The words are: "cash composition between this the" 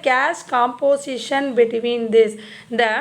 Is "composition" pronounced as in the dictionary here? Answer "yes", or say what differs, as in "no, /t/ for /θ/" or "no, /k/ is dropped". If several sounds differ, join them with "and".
no, /s/ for /z/